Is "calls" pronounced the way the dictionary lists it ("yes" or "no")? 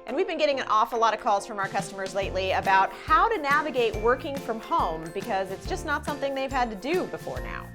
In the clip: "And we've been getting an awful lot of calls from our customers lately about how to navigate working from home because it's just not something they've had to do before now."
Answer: yes